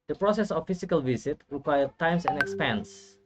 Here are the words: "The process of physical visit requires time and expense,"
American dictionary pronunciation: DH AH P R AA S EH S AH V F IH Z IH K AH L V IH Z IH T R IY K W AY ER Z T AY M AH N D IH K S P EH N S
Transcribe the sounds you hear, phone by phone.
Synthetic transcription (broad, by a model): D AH P R AA S EH S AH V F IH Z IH K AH L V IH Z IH T R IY K W AY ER T AY M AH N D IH K S P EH N S